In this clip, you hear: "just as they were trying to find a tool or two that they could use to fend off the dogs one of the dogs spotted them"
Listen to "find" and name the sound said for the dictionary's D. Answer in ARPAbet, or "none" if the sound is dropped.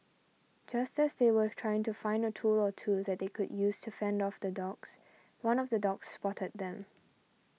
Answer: D